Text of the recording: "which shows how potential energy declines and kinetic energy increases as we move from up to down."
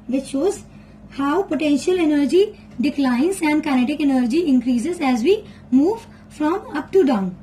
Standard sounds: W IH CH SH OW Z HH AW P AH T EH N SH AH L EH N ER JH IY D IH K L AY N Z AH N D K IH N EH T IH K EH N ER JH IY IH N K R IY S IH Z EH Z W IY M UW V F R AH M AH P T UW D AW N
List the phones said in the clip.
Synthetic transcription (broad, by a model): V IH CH SH OW Z HH AW P AH T EH N SH AH L EH N ER JH IY D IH K L AY N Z AH N D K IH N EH T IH K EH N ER JH IY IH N K R IY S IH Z EH Z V IY M UW V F R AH M AH P T UW D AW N